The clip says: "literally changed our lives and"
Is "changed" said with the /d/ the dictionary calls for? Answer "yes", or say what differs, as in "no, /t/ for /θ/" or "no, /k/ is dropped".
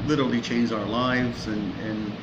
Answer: no, /d/ is dropped